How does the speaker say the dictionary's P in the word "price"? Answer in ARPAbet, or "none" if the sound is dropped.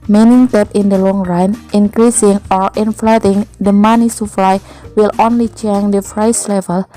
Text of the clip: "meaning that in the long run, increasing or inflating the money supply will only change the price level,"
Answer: F